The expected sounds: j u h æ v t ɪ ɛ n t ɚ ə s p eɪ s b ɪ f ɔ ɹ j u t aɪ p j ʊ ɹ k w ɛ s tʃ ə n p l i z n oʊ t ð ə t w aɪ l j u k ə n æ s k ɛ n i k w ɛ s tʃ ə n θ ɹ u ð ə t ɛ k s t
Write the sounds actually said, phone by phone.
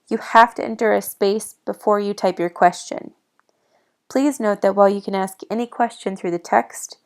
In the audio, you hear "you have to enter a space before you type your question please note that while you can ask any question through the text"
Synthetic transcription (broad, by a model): j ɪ h æ f t ɪ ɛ n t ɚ ə s p eɪ s b ɪ f ɔ ɹ j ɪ t aɪ p j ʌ ɹ k w ɛ s tʃ ə n p l i z n oʊ t ð ə t w aɪ l j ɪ k ə n æ s k ɛ n i k w ɛ s tʃ ə n θ ɹ u ð ə t ɛ k s t